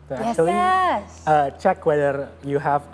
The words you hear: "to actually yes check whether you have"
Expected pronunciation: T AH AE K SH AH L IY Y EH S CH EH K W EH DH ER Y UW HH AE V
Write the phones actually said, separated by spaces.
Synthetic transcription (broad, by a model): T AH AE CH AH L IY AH CH EH K W EH DH ER Y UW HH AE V